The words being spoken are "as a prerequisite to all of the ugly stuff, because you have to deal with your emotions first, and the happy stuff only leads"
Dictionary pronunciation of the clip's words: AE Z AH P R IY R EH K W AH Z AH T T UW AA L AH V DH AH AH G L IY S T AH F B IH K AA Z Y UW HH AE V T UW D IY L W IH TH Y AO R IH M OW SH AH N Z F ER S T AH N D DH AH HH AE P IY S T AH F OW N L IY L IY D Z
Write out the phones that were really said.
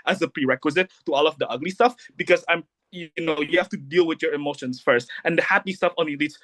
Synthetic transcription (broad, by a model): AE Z AH P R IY R EH K W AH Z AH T T UW AA L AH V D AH AH G L IY S T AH F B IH K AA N Y UW HH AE F T UW D IY L W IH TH Y AO R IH M OW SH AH N S F ER S T AH N D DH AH HH AE P IY S T AH F OW N L IY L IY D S